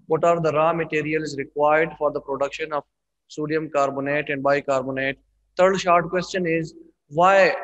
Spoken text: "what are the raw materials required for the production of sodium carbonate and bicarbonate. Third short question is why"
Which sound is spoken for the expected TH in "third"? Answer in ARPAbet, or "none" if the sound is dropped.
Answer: T